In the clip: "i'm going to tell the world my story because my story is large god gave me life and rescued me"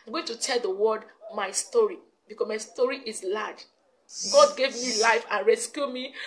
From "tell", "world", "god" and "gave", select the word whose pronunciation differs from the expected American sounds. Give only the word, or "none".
world